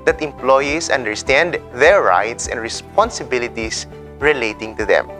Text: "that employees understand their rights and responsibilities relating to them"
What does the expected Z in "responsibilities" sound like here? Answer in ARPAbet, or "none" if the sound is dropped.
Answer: S